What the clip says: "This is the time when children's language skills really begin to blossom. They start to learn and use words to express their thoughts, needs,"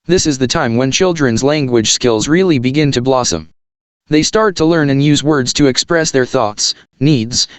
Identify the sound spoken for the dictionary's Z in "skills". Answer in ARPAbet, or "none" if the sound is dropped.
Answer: Z